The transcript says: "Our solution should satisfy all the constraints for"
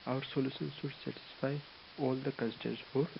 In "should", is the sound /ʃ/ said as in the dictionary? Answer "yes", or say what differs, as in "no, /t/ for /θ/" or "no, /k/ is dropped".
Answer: no, /s/ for /ʃ/